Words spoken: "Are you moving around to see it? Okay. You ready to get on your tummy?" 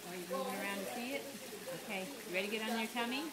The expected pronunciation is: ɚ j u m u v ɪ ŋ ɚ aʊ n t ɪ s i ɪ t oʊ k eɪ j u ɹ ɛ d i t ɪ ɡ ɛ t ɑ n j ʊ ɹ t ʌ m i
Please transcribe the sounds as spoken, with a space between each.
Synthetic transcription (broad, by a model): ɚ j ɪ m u ɪ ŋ ɚ aʊ n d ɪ s i ɪ t oʊ k eɪ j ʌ ɹ ɛ d i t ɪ ɡ ɛ t n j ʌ ɹ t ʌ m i